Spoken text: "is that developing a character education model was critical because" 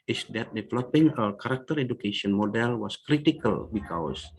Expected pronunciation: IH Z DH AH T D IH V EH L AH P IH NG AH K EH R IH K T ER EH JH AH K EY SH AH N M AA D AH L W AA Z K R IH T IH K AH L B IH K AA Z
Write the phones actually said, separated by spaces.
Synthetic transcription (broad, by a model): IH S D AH T D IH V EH L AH P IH NG AH K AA R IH K T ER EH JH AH K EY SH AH N M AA D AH L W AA S K R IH T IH K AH L B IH K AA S